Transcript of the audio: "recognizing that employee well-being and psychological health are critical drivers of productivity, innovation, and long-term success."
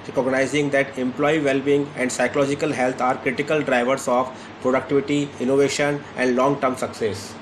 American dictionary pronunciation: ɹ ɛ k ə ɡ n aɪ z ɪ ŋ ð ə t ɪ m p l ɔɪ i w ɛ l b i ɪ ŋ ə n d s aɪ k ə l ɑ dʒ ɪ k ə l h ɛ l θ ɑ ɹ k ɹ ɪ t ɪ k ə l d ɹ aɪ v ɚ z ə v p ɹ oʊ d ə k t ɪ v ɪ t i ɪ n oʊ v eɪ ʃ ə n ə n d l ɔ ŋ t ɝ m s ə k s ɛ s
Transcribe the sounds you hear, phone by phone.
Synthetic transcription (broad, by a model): ɹ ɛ k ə ɡ n aɪ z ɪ ŋ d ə t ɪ m p l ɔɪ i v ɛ l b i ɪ ŋ ə n d s aɪ k ə l ɑ dʒ ɪ k ə l h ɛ l t ɑ ɹ k ɹ ɪ t ɪ k ə l d ɹ aɪ v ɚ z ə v p ɹ oʊ d ə k t ɪ v ɪ t i ɪ n oʊ v eɪ ʃ ə n ə n d l ɔ ŋ t ɝ m s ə k s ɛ s